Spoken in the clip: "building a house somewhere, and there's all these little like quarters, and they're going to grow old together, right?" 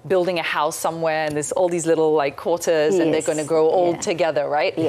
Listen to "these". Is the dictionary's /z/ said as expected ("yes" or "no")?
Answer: yes